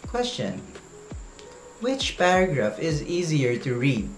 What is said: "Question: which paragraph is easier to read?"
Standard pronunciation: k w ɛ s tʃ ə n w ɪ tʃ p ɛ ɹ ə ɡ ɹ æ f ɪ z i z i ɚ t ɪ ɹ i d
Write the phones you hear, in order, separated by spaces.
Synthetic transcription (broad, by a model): k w ɛ s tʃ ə n w ɪ tʃ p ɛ ɹ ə ɡ ɹ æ f ɪ z i z i ɚ t ɪ ɹ i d